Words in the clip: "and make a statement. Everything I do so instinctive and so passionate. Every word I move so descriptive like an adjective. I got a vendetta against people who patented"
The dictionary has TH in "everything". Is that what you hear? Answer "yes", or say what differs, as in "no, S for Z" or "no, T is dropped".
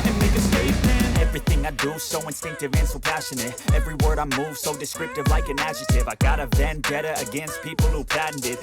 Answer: yes